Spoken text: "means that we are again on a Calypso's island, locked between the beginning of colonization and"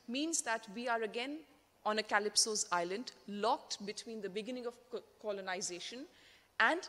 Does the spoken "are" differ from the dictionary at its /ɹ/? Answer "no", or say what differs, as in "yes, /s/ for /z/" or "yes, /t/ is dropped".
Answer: no